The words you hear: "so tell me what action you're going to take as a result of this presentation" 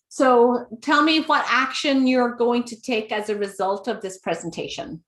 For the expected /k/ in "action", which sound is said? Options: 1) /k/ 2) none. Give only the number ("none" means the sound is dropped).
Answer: 1